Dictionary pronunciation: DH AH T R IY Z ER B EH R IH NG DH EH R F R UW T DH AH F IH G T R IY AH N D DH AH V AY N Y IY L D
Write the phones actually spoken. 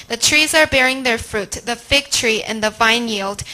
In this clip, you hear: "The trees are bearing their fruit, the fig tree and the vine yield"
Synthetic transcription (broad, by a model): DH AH T R IY Z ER B EH R IH NG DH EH R F R UW T DH AH F IH G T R IY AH N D DH AH V AY N Y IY L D